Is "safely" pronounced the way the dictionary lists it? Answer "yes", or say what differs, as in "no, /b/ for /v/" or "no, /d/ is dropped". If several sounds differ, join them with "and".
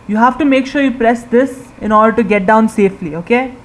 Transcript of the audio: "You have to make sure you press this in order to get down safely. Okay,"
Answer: yes